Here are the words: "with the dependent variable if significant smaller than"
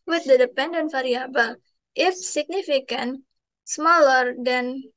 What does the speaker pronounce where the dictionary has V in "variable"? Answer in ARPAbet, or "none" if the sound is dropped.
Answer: F